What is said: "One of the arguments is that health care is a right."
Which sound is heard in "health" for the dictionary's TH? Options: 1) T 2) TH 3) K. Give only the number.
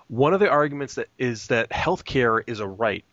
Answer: 2